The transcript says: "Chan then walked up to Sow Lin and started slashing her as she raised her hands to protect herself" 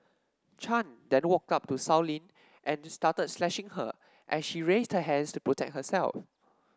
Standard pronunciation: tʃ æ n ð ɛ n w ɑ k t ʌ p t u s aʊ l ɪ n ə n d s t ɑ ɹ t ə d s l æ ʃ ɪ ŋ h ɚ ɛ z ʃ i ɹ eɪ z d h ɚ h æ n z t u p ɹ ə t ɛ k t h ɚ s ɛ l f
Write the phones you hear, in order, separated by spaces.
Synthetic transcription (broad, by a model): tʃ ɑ n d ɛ n w ɑ k t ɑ p t u s aʊ l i n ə n s t ɑ t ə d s l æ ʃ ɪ ŋ h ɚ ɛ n ʃ i ɹ eɪ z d h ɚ h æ n s t u p ɹ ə t ɛ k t h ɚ s ɛ l f